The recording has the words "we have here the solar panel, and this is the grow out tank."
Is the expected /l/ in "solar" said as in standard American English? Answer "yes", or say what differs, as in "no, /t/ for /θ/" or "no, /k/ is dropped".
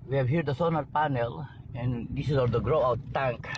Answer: no, /n/ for /l/